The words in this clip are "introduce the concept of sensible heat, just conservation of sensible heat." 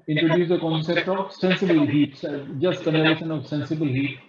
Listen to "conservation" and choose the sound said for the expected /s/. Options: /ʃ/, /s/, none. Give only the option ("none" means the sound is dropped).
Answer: none